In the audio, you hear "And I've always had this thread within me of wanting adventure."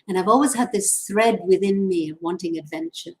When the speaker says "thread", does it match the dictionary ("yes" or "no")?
yes